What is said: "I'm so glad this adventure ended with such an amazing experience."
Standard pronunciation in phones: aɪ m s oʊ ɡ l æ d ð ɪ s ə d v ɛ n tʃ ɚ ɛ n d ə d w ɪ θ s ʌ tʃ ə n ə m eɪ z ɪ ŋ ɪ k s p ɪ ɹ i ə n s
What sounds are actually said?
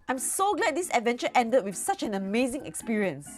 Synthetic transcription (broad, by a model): aɪ m s oʊ ɡ l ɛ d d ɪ s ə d v ɛ n tʃ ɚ ɛ n d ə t w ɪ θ s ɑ tʃ ə n ə m eɪ z ɪ ŋ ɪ k s p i ɹ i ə n s